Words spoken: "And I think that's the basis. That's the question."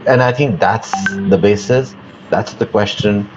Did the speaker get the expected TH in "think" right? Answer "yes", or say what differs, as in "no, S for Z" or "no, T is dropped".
yes